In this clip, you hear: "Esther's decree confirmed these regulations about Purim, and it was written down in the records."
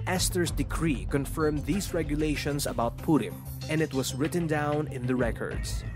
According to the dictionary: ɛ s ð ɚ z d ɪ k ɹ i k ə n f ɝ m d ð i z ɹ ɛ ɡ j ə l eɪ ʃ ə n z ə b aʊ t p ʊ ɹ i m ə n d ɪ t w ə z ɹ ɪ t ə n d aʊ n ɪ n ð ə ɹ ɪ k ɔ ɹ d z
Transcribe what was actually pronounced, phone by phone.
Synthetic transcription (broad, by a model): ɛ s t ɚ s d ɪ k ɹ i k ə n f ɝ m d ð i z ɹ ɛ ɡ j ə l eɪ ʃ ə n s ə b aʊ t p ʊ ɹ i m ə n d ɪ t w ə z ɹ ɪ t ə n d aʊ n ɪ n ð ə ɹ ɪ k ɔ ɹ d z